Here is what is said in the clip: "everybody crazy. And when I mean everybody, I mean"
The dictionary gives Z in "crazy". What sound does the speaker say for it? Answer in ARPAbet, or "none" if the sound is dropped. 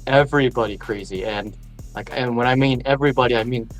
Z